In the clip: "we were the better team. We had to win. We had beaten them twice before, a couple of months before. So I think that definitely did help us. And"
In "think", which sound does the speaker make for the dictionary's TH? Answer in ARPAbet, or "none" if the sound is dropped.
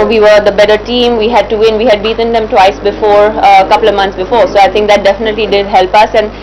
T